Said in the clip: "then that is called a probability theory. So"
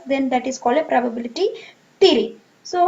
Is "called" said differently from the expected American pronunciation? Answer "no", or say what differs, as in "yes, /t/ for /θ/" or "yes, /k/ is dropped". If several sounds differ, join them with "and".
yes, /d/ is dropped